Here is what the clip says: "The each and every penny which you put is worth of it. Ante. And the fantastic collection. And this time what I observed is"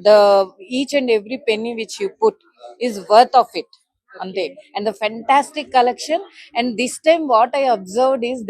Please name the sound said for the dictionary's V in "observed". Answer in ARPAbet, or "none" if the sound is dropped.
V